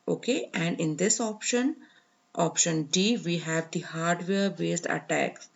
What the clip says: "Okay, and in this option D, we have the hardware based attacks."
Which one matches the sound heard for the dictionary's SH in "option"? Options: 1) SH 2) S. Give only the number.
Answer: 1